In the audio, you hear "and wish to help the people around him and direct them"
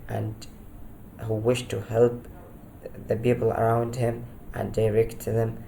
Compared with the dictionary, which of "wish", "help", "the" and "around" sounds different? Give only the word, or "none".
none